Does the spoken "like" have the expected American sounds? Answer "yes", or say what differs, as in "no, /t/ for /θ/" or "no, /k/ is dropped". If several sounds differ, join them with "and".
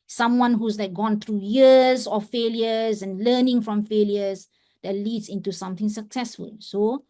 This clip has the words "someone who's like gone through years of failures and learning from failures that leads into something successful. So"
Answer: no, /n/ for /l/